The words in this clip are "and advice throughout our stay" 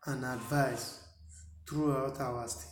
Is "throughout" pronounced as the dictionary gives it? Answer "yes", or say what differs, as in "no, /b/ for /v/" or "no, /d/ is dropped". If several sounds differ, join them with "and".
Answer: no, /t/ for /θ/